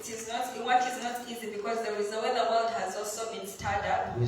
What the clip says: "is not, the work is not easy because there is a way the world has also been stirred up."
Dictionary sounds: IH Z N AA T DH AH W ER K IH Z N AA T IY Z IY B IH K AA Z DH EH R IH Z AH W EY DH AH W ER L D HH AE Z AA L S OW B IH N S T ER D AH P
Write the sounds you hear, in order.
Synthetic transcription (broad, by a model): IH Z N AA T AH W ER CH IH Z N AA T IY Z IY B IH K AA Z DH EH R IH Z AH W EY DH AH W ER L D HH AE Z AA L S OW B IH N S T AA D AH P